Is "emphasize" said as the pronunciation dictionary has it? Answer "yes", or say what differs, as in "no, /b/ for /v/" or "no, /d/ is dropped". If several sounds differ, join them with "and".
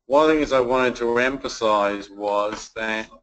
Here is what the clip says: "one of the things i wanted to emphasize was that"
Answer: yes